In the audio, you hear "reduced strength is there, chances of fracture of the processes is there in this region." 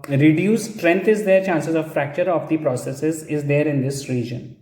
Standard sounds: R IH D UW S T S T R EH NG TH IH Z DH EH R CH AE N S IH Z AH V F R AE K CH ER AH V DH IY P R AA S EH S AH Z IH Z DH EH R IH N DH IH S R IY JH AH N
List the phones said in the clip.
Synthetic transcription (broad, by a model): R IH D UW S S T R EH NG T IH Z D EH R CH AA N S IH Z AH V F R AE K CH ER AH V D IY P R AA S EH S AH Z IH Z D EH R IH N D IH S R IY JH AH N